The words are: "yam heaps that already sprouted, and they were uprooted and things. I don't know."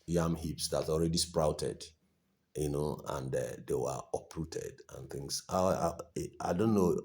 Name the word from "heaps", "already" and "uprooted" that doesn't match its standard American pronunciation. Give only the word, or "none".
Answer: none